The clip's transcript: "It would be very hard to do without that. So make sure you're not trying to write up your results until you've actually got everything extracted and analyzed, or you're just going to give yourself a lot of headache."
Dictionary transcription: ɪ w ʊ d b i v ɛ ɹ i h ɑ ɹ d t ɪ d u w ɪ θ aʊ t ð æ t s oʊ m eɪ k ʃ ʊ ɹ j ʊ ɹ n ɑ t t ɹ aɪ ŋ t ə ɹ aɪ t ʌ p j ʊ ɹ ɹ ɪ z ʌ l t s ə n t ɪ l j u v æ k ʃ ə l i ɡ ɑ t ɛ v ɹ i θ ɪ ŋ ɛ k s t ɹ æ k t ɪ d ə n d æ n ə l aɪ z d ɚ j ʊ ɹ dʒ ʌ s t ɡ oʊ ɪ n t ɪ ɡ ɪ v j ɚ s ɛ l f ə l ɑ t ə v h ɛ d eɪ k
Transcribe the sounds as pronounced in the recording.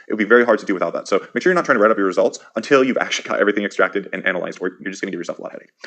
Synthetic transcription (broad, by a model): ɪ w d b i v ɛ ɹ i h ɑ ɹ d t ɪ d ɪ w ɪ θ aʊ t ð æ t s oʊ m eɪ k ʃ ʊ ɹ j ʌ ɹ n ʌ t t ɹ aɪ ŋ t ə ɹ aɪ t ʌ p j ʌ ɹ ɹ ɪ z ʌ l t s ə n t ɪ l j u v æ k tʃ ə l i ɡ ɑ t ɛ v ɹ i θ ɪ ŋ ɛ k s t ɹ æ k t ɪ d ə n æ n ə l aɪ z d ɚ j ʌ ɹ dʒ ʌ s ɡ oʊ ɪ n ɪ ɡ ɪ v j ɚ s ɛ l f ə l ɑ t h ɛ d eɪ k